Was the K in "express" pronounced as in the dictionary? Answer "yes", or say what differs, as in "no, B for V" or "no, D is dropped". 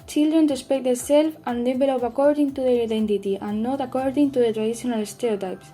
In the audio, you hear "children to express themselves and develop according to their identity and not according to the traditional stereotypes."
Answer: no, K is dropped